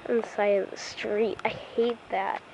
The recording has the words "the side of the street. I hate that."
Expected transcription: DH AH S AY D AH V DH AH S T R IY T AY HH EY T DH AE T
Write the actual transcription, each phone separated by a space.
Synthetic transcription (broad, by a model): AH S AY AH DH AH S T R IY T AY HH EY T DH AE T